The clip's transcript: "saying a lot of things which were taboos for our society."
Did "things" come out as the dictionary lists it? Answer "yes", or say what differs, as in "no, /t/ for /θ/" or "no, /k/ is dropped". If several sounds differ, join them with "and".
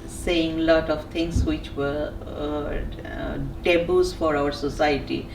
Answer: no, /t/ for /θ/